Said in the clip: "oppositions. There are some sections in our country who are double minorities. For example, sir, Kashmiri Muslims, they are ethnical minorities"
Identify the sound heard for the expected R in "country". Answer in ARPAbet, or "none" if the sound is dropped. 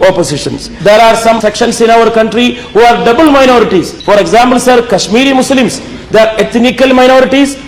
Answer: R